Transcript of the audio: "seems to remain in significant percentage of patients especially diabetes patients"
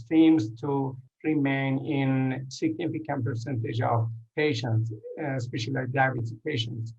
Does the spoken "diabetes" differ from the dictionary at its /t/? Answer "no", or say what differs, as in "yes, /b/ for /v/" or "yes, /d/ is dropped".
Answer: yes, /s/ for /t/